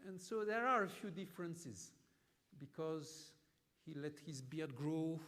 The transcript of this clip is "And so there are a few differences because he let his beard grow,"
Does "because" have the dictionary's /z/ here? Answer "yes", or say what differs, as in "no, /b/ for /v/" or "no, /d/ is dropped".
yes